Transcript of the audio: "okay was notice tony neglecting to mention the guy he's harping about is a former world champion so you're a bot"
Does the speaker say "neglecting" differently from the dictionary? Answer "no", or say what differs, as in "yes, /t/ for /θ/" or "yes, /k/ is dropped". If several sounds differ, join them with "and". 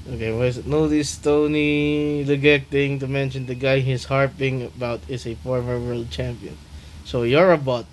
yes, /l/ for /n/ and /l/ is dropped